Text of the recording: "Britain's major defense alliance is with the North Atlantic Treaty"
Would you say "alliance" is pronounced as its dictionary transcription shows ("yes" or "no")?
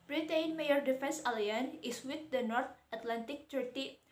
no